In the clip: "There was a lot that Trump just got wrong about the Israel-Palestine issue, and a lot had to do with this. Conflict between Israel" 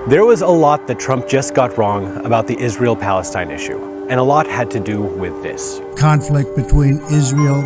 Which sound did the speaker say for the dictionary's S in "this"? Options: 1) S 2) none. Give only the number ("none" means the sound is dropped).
1